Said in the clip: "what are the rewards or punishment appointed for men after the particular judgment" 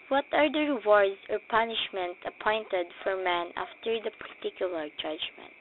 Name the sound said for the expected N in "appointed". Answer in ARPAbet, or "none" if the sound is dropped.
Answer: N